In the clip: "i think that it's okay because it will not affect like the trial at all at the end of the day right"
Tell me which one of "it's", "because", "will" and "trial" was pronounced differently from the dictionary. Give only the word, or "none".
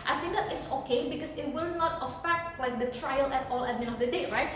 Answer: because